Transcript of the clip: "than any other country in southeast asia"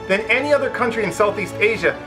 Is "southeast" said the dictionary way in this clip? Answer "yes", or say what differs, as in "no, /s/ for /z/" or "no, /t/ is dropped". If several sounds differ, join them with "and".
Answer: yes